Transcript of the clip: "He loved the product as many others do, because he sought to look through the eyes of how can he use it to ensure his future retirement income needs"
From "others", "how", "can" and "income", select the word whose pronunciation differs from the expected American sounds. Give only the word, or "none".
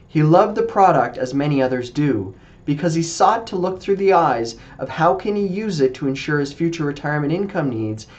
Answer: none